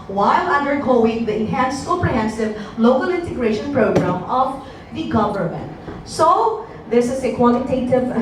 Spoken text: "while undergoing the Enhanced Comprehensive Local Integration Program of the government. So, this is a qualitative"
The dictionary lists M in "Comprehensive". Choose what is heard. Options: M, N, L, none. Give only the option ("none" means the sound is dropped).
none